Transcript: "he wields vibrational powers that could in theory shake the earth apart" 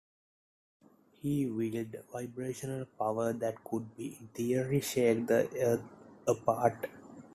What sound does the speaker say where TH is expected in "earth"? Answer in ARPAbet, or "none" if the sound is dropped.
T